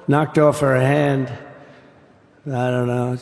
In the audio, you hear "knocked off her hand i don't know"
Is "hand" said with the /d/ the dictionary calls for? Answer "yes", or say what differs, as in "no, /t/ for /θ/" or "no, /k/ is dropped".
yes